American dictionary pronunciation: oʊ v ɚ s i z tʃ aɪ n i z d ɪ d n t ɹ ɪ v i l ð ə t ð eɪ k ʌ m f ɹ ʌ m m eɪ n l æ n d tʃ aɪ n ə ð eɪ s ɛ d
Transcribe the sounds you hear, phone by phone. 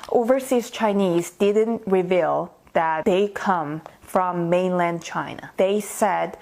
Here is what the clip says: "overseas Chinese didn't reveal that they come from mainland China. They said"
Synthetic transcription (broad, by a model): oʊ v ɚ s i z tʃ aɪ n i z d ɪ d n t ɹ ɪ v i l ð ə t ð eɪ k ʌ m f ɹ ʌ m m eɪ n l æ n d tʃ aɪ n ə ð eɪ s ɛ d